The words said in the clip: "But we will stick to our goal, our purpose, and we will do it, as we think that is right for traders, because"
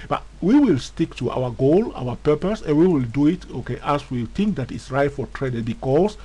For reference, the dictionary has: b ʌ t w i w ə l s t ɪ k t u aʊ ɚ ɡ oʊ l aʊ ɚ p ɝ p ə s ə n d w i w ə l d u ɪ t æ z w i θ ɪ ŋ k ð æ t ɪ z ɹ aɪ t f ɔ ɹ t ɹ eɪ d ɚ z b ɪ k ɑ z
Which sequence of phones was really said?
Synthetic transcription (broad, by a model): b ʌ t w i w ə l s t ɪ k t u aʊ ɚ ɡ oʊ l aʊ ɚ p ɝ p ə s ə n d w i w ə l d u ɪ t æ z w i θ ɪ ŋ k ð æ t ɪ s ɹ aɪ t f ɔ ɹ t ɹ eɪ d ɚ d b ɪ k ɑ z